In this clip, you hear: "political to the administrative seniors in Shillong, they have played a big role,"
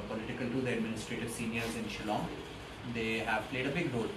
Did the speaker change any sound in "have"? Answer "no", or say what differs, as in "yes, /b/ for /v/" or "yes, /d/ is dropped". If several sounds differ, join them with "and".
no